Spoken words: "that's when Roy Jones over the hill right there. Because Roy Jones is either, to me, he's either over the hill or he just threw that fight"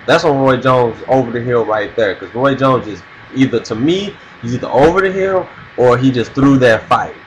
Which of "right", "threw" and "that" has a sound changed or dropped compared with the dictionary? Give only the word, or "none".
none